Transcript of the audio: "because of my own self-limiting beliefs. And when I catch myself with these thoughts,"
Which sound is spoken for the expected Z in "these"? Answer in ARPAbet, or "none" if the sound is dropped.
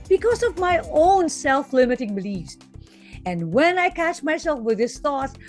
S